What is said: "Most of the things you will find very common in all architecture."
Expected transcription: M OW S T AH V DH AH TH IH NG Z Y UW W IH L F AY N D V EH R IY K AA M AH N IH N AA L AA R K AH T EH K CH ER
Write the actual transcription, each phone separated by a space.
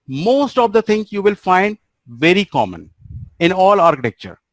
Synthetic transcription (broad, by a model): M OW S T AH V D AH T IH NG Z Y UW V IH L F AY N D V EH R IY K AA M AH N IH N AA L AA R K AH T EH K CH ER